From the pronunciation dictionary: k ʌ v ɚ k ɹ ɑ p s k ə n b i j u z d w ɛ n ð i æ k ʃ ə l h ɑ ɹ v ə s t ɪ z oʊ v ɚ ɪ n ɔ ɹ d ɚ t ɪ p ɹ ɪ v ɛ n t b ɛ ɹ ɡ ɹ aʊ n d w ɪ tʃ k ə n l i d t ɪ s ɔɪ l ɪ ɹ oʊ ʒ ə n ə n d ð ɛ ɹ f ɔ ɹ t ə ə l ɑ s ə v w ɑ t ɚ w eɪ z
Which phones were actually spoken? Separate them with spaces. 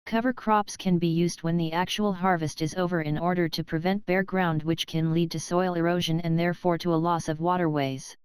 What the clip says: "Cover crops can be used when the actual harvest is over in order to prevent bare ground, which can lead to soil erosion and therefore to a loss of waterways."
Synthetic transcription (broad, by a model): k ʌ v ɚ k ɹ ɑ p s k ə n b i j u z d w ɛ n ð i æ k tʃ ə l h ɑ ɹ v ə s t ɪ z oʊ v ɚ ɪ n ɔ ɹ d ɚ t ɪ p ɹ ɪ v ɛ n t b ɛ ɹ ɡ ɹ aʊ n d w ɪ tʃ k ə n l i d t ɪ s ɔɪ l ɪ ɹ oʊ ʒ ə n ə n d ð ɛ ɹ f ɔ ɹ t ə ə l ɑ s ə v w ɑ t ɚ w eɪ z